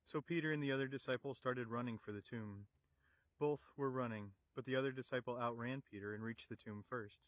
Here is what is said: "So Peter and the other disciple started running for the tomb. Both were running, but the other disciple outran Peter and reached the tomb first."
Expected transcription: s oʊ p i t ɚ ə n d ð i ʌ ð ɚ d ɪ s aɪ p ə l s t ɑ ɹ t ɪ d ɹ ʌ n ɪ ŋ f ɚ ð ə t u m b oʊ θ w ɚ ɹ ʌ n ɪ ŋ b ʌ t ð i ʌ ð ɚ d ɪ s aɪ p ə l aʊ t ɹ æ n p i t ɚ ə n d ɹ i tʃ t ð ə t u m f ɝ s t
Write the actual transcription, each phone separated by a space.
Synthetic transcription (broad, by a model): s oʊ p i t ɚ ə n ð i ʌ ð ɚ d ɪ s aɪ p l s t ɑ ɹ t ɪ d ɹ ʌ n ɪ ŋ f ɚ ð ə t u m b oʊ θ w ɚ ɹ ʌ n ɪ ŋ b ʌ t ð i ʌ ð ɚ d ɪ s aɪ p l aʊ t ɹ æ n p i t ɚ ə n ɹ i tʃ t ð ə t u m f ɝ s t